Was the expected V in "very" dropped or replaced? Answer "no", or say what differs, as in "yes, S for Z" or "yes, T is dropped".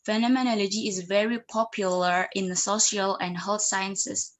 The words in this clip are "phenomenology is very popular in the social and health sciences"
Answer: no